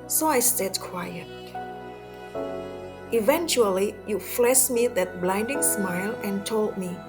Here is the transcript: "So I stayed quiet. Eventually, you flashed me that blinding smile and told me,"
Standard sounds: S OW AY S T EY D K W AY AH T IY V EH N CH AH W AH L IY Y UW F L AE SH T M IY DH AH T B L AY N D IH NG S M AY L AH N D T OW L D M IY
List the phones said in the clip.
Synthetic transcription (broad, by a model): S OW AY S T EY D K W AY AH T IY V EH N CH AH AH L IY Y UW F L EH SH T M IY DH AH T B L AY N D IH NG S M AY L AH N T OW L D M IY